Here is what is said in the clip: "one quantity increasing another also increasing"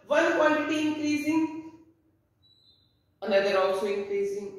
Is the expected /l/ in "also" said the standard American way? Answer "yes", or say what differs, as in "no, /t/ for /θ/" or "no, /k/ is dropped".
yes